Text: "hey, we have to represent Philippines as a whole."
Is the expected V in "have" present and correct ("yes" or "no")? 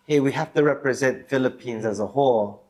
no